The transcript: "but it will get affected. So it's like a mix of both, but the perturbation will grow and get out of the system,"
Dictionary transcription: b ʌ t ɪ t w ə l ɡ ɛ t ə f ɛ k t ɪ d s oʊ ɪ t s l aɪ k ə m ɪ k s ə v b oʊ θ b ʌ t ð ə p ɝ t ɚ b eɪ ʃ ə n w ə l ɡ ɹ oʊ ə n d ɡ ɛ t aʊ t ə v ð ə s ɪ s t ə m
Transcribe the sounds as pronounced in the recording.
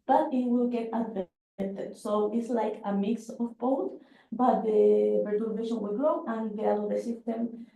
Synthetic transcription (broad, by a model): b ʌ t ɪ t w ə l ɡ ɛ t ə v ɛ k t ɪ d s oʊ ɪ t s l aɪ k ə m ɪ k s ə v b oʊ t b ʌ t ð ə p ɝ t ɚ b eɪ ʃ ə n w ə l ɡ ɹ oʊ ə n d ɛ aʊ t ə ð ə s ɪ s t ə m